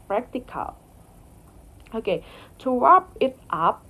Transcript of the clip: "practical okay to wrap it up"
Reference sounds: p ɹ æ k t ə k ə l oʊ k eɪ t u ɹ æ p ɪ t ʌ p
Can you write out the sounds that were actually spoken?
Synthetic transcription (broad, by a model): p ɹ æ k t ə k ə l oʊ k eɪ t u w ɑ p ɪ t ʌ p